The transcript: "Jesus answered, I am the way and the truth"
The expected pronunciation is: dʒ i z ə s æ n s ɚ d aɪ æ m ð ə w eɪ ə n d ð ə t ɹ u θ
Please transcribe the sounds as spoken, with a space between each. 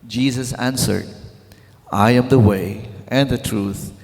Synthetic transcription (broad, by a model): dʒ i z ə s æ n s ɚ d aɪ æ m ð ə w eɪ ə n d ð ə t ɹ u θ